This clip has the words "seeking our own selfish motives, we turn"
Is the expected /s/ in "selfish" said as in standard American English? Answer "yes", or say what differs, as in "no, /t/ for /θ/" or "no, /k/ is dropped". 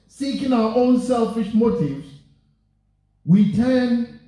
yes